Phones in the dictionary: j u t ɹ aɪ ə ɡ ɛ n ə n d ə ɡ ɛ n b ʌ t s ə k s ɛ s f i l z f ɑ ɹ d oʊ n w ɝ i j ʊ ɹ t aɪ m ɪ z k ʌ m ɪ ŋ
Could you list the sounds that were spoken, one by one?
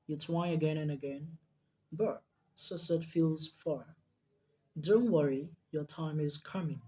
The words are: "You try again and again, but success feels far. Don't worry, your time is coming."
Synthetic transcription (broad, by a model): j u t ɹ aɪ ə ɡ ɛ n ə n ə ɡ ɛ n b ʌ t s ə s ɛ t f i l z f ɑ ɹ d oʊ n w ɝ i j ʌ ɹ t aɪ m ɪ z k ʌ m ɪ ŋ